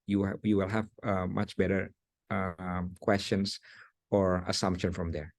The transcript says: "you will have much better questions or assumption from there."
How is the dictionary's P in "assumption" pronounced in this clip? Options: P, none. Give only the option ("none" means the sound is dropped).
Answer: P